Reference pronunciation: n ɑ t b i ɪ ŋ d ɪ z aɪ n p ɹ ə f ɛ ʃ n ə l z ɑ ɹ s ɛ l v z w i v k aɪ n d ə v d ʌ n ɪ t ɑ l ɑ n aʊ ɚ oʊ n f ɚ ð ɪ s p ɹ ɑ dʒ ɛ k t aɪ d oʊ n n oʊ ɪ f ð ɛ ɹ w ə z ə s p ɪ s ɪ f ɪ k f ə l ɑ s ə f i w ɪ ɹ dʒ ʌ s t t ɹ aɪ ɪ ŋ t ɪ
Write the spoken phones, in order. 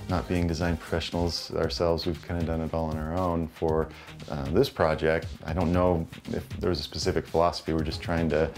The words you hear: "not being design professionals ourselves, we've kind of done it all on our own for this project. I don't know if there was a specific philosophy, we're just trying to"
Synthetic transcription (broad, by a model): n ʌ t b i ɪ ŋ d ɪ z aɪ n p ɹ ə f ɛ ʃ n l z ɑ ɹ s ɛ l v z w i v k aɪ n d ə d ʌ n ɪ t ɑ l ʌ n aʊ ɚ oʊ n f ɚ ð ɪ s p ɹ ɑ dʒ ɛ k t aɪ d oʊ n n oʊ ɪ f ð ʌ ɹ w ə z ə s p ɪ s ɪ f ɪ k f ə l ɑ s ə f i w ɪ ɹ dʒ ʌ s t t ɹ aɪ ɪ ŋ t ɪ